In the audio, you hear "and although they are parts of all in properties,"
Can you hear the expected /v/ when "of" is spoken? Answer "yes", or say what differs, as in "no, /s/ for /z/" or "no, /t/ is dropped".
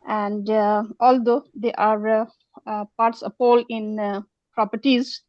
no, /p/ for /v/